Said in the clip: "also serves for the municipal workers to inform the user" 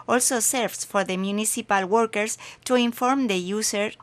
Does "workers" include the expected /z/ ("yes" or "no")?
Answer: no